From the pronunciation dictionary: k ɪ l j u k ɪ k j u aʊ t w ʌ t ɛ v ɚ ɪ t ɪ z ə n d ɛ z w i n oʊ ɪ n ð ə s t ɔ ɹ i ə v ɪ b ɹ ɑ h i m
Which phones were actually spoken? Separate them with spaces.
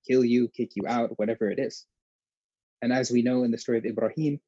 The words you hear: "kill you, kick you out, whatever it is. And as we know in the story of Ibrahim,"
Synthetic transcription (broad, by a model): k ɪ l j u k ɪ k j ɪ aʊ t w ʌ t ɛ v ɚ ɪ t ɪ z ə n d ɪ z w i n oʊ ɪ n ð ə s t ɔ ɹ i ə v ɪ b ɹ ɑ h i m